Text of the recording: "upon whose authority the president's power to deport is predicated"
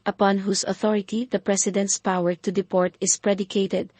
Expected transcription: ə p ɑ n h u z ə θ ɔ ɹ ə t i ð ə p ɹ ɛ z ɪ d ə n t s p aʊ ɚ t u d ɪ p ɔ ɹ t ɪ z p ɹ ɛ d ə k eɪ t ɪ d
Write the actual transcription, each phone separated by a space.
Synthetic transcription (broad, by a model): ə p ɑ n h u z ə θ ɔ ɹ ə t i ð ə p ɹ ɛ s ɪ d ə n t s p aʊ ɚ t u d ɪ p ɔ ɹ t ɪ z p ɹ ɛ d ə k eɪ t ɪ d